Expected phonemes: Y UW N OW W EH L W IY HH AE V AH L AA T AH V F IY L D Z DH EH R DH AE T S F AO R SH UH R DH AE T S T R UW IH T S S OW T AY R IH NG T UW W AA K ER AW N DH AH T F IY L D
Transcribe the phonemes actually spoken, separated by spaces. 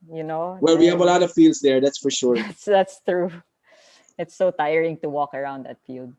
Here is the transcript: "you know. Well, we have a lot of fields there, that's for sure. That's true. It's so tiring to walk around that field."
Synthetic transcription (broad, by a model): Y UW N OW W EH L W IY HH AE V AH L AA T AH V F IY L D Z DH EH R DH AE T S F AO R SH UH R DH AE T S T R UW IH T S S OW T AY R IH NG T UW W AA K ER AW N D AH T F IY L D